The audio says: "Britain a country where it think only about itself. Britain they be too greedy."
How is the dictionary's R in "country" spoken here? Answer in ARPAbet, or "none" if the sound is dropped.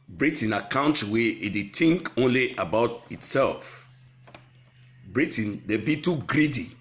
W